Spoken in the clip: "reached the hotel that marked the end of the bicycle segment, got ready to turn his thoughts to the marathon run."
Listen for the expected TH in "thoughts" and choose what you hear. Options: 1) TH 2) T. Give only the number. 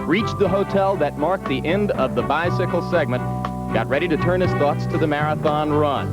1